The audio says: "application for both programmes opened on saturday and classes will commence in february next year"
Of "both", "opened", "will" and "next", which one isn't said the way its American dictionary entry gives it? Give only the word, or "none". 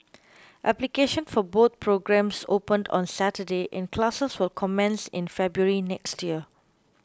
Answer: both